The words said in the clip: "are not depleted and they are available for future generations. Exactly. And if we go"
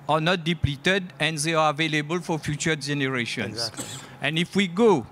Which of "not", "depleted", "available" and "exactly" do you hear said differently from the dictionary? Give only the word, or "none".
exactly